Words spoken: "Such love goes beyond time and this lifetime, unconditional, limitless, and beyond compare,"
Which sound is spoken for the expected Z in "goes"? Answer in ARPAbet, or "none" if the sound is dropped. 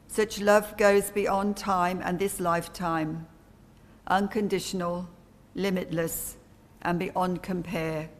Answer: Z